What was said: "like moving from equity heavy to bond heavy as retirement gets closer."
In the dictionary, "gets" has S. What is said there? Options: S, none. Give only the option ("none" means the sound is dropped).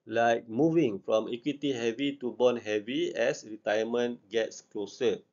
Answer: S